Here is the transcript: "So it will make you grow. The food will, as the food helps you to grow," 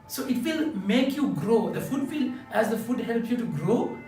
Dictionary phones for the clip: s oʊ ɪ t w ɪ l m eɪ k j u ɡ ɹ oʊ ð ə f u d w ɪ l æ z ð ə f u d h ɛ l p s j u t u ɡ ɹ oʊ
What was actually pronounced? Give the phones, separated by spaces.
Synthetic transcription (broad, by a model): s oʊ ɪ t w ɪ l m eɪ k j u ɡ ɹ oʊ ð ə f u d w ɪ l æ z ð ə f u d h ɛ l p j u t u ɡ ɹ oʊ